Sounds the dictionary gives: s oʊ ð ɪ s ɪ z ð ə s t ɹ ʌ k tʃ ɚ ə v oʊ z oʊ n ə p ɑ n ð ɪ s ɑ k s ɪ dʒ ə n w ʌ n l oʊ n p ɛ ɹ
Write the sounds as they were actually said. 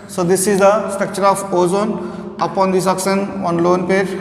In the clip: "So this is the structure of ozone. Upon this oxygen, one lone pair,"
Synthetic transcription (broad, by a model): s oʊ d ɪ s ɪ z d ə s t ɹ ʌ k tʃ ɚ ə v oʊ z oʊ n ə p ɑ n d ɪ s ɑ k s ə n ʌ n l oʊ n p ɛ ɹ